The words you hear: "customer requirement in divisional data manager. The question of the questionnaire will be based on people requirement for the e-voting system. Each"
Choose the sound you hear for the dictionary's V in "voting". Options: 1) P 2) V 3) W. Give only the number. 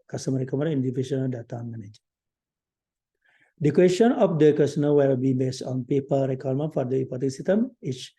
1